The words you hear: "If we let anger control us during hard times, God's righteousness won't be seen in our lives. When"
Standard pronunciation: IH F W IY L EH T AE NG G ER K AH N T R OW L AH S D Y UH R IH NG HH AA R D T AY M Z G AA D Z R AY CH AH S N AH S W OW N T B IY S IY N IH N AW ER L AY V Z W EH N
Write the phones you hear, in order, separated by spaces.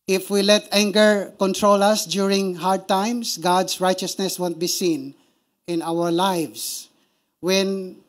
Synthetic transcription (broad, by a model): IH F W IY L EH T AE NG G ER K AH N T R OW L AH S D Y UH R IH NG HH AA R D T AY M S G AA D S R AY CH AH S N AH S W OW N T B IY S IY N IH N AW ER L AY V S W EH N